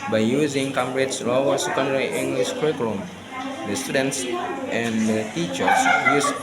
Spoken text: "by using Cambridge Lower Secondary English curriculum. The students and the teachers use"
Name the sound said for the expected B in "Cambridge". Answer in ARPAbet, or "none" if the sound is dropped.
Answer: none